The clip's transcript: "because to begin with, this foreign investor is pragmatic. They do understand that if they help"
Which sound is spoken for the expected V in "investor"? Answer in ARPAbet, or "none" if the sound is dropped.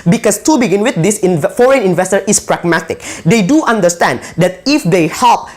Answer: V